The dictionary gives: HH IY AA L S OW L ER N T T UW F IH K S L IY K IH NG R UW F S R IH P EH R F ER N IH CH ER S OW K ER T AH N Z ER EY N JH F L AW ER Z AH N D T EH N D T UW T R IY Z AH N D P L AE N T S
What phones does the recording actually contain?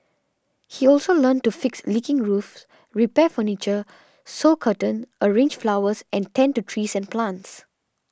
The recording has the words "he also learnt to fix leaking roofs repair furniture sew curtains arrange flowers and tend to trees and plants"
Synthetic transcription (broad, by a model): HH IY AA L S OW L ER N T T UW F IH K S L IY K IH NG R UW F S R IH P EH F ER N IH CH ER S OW K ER T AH N ER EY N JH F L AW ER S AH N T EH N T UW T R IY S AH N P L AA N T S